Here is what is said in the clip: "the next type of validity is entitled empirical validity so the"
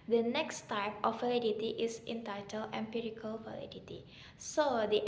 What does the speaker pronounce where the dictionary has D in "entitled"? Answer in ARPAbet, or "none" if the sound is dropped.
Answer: none